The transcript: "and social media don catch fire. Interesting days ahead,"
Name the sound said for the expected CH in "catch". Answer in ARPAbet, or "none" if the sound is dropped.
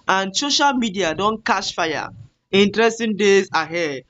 SH